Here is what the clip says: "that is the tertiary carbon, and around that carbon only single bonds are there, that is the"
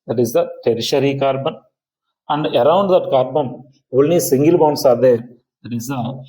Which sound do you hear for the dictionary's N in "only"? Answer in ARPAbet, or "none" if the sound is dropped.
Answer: none